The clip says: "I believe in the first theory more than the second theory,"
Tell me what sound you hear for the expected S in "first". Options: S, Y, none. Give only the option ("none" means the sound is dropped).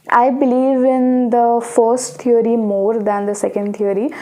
S